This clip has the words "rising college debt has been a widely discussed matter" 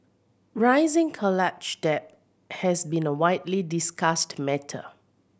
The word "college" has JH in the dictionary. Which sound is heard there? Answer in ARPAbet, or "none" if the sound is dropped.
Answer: CH